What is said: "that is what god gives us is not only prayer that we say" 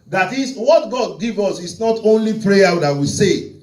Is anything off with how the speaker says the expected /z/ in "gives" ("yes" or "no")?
yes